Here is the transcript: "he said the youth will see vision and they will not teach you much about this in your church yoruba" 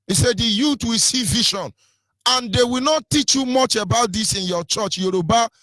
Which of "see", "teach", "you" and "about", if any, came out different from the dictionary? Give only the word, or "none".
none